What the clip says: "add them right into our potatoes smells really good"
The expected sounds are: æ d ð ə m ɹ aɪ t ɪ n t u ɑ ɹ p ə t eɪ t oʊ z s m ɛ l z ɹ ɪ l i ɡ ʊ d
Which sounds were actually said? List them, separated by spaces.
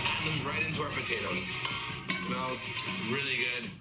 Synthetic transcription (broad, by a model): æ ð ə m ɹ aɪ t ɪ n t u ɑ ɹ p ə t eɪ t oʊ z s m ɛ l z ɹ ɪ l i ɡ ʊ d